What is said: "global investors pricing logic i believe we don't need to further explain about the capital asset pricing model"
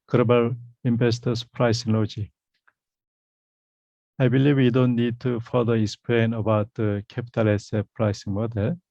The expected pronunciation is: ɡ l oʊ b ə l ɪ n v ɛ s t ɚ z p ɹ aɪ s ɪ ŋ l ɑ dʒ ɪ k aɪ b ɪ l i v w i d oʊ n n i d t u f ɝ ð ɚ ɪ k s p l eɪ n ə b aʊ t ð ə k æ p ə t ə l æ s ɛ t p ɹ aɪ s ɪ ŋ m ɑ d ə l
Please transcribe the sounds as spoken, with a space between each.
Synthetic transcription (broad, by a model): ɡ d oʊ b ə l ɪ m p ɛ s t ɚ s p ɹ aɪ s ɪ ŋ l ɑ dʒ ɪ aɪ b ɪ l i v w i d oʊ n n i d t u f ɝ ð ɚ ɪ k s p l eɪ n ə b aʊ t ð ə k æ p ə t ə l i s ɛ p ɹ aɪ s ɪ ŋ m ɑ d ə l